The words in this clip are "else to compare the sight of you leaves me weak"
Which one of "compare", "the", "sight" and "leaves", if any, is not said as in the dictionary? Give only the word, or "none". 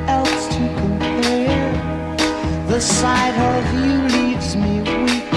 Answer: none